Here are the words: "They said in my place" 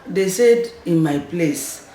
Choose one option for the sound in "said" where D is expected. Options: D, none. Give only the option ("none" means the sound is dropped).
D